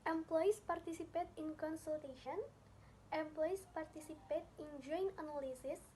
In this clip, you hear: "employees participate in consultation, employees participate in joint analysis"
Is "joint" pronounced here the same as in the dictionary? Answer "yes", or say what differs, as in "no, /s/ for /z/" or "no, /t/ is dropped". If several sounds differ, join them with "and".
no, /t/ is dropped